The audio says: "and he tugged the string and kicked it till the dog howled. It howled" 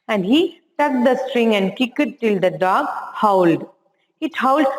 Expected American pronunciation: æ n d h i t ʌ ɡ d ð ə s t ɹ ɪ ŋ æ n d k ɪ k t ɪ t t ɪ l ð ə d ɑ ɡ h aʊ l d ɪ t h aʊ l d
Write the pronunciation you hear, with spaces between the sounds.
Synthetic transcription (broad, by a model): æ n d h i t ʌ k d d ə s t ɹ ɪ ŋ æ n d k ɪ k ɪ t t ɪ l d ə d ɑ ɡ h aʊ l d ɪ t h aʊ l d